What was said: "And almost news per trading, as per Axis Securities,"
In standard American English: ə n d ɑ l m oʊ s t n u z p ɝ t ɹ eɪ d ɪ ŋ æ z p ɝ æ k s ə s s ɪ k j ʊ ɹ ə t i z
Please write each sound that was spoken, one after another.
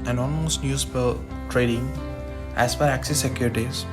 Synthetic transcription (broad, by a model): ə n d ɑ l m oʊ s t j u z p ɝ t ɹ eɪ d ɪ ŋ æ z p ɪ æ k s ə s s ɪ k j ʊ ɹ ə t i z